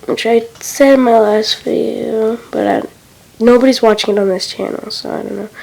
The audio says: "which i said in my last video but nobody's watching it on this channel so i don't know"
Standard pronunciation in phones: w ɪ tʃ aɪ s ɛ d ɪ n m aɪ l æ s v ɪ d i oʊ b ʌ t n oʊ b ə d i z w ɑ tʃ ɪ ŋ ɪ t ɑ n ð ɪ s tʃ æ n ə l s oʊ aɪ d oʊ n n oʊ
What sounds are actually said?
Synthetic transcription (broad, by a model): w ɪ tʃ aɪ s ɛ d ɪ m aɪ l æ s f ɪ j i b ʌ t n oʊ b ə d i z w ɑ tʃ ɪ ŋ ɪ t n ð ɪ s tʃ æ n l s oʊ aɪ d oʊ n n oʊ